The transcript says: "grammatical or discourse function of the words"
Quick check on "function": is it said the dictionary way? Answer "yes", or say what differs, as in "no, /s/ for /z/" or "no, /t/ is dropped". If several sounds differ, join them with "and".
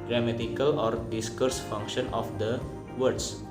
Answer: yes